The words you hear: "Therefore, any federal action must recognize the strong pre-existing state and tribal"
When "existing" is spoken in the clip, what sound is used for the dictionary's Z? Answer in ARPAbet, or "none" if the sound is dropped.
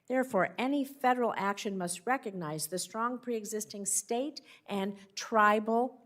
Z